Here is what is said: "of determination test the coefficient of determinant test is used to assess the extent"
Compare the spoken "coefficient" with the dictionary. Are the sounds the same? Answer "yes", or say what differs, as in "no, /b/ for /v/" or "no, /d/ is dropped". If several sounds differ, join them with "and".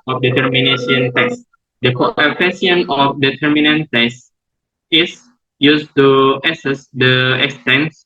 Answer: no, /ʃ/ is dropped and /t/ is dropped